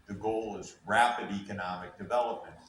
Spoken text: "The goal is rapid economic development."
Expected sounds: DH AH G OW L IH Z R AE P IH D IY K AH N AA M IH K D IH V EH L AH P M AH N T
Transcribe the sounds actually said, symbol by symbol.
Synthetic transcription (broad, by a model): DH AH G OW L IH Z R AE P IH D IY K AH N AA M IH K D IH V EH L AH P M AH N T